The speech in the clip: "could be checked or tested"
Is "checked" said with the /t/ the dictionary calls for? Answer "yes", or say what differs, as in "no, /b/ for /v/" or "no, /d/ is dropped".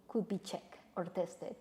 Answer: no, /t/ is dropped